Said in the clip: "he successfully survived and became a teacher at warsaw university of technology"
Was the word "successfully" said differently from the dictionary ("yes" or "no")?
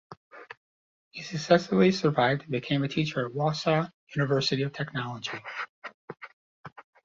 yes